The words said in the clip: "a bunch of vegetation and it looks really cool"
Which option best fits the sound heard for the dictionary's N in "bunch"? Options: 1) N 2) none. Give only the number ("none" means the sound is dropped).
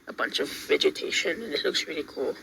1